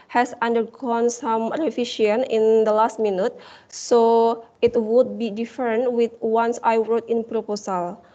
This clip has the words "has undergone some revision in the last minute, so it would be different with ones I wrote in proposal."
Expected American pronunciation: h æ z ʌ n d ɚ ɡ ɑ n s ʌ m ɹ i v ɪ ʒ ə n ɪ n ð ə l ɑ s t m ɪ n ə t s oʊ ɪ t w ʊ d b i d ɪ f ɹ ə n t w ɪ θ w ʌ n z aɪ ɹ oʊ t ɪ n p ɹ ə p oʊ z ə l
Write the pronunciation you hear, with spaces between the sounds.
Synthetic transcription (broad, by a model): h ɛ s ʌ n d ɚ ɡ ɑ n s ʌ m ɹ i f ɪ ʃ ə n ɪ n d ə l ɑ s t m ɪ n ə t s oʊ ɪ t w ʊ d b i d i f ɹ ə n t w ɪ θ w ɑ n s aɪ ɹ oʊ t ɪ n p ɹ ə p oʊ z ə l